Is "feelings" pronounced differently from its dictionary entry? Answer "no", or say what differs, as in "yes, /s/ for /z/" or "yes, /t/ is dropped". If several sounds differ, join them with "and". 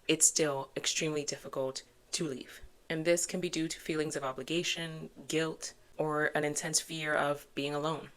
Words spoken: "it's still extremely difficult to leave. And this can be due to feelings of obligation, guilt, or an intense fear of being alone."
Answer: no